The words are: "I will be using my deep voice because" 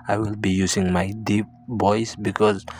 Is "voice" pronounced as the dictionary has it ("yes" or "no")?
no